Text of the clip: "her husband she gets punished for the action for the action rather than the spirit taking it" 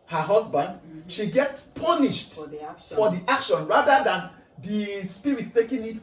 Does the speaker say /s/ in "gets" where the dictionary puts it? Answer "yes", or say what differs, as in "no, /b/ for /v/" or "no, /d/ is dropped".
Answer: yes